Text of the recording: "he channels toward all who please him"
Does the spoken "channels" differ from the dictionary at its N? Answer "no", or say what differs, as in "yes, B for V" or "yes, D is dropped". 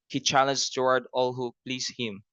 yes, L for N